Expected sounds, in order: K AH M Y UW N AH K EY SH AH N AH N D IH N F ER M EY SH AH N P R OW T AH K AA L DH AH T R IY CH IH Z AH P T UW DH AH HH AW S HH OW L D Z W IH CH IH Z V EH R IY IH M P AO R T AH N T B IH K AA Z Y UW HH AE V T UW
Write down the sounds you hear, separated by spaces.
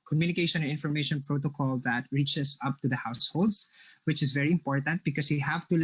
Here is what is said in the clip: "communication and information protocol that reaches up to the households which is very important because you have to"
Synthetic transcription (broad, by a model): K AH M Y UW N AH K EY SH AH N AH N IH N F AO M EY SH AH N P R OW T AH K AA L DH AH T R IY CH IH S AH P T UW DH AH HH AW S HH OW L D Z W IH CH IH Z V EH R IY IH M P AO R T AH N T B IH K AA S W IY HH AE V T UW